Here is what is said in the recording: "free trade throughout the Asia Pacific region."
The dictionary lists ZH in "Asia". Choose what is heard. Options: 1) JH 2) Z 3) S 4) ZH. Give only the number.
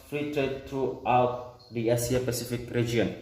3